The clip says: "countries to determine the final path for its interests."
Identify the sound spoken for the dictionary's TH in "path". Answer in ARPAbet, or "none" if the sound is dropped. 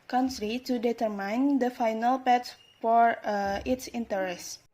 S